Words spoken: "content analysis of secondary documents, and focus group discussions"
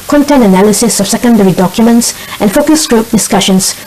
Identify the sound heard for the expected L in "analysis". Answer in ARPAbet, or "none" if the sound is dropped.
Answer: L